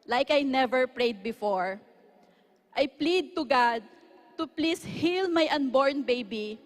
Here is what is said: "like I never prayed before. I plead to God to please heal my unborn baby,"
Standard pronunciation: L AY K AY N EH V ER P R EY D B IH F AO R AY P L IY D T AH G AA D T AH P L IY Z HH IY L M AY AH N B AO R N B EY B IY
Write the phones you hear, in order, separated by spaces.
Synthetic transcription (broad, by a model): L AY K AY N EH V ER P R EY D B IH F AO R AY P L IY D T AH G AA D T AH P L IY S HH IY L M AY AH N B AO R N B EY B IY